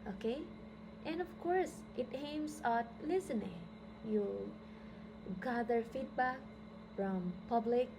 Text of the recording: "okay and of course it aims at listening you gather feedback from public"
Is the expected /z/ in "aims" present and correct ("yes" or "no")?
no